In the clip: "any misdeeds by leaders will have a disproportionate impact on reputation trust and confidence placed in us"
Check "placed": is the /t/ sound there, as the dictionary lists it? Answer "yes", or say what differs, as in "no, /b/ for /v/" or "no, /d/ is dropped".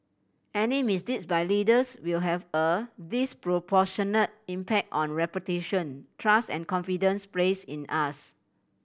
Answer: no, /t/ is dropped